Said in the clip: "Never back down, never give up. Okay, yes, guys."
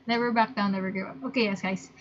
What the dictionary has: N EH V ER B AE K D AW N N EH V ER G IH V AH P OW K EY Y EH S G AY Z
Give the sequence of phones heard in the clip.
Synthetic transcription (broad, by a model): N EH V ER B AE K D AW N N EH V ER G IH AH P OW K EY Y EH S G AY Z